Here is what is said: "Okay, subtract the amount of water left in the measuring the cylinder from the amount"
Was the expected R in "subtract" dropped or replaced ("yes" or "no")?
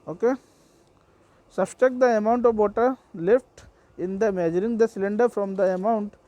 yes